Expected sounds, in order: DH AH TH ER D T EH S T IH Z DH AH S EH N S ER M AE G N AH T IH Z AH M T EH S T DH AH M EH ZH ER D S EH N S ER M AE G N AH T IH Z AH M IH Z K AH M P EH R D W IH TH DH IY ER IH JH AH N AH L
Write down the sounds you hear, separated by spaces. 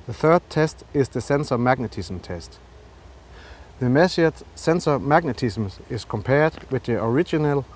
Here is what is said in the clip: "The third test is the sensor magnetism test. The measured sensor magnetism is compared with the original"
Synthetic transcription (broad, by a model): DH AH TH ER D T EH S T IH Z DH AH S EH N S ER M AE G N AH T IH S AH M T EH S T DH AH M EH S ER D S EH N S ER M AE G N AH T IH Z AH M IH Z K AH M P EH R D W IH DH IY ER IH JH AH N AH L